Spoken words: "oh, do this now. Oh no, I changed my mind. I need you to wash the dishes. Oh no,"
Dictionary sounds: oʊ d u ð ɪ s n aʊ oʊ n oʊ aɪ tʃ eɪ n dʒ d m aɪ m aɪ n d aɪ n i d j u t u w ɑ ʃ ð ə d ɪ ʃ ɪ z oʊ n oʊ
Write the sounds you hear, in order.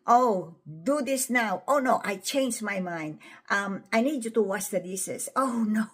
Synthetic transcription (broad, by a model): oʊ d u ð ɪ s n aʊ oʊ n oʊ aɪ tʃ eɪ n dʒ m aɪ m aɪ n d aɪ n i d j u t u w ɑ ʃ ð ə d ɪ s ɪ s oʊ n oʊ